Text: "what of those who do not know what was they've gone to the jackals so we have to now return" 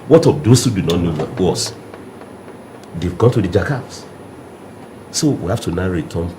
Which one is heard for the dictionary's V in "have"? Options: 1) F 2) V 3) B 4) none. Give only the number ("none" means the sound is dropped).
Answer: 1